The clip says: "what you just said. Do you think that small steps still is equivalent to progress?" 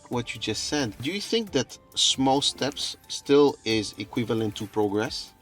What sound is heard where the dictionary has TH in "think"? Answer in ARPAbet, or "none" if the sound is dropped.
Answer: TH